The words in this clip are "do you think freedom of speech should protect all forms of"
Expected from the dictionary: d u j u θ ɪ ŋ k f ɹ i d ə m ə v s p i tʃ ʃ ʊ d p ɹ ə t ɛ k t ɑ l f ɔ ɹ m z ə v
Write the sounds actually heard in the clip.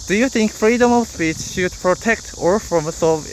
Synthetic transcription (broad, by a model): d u j u θ ɪ ŋ k f ɹ i d ə m ə v s p i tʃ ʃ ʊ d p ɹ ə t ɛ k t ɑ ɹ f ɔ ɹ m s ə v